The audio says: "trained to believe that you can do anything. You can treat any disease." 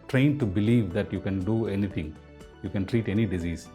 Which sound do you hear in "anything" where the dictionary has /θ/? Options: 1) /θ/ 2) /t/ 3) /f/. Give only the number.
2